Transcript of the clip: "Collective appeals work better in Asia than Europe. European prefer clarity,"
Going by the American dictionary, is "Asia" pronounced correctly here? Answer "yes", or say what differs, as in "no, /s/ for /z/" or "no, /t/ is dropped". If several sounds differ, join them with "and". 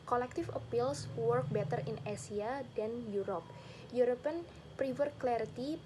no, /s/ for /ʒ/